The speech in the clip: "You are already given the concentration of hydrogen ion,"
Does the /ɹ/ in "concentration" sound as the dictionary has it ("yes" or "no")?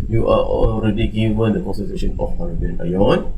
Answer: no